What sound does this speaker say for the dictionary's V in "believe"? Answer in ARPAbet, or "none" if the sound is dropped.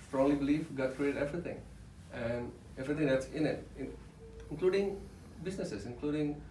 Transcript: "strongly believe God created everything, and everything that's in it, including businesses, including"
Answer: F